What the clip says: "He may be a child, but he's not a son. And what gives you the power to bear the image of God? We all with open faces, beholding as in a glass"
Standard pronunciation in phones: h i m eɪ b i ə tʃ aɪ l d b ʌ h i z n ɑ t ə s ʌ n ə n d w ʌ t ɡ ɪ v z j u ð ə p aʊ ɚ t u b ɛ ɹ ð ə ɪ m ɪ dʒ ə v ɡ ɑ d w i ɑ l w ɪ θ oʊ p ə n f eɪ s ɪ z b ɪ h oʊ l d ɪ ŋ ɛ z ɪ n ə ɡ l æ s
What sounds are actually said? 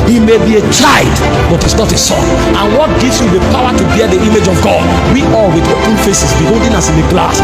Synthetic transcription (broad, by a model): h i m eɪ b i ə tʃ aɪ d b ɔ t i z n ɑ t ə s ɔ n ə n w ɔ t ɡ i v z j u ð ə p aʊ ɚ t u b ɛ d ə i m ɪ dʒ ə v ɡ ɑ d w i ɑ l w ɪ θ oʊ p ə n f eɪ s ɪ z b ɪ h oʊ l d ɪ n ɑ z ɪ n ə ɡ l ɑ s